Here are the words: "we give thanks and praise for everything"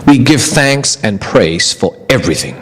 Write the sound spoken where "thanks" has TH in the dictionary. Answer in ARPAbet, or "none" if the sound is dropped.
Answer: TH